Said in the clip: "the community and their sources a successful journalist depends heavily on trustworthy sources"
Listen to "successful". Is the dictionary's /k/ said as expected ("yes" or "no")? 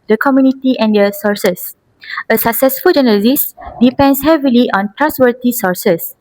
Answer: yes